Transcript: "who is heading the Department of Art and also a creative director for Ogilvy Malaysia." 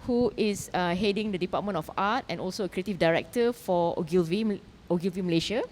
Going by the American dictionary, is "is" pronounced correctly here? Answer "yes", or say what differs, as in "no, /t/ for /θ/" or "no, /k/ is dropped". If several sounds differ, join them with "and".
no, /s/ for /z/